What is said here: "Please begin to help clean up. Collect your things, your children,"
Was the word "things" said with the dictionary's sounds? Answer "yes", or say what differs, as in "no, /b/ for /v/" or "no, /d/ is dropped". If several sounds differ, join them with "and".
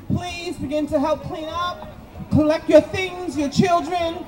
yes